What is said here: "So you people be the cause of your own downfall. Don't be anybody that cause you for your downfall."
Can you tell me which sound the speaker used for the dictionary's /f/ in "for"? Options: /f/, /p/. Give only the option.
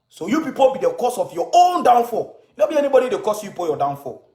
/p/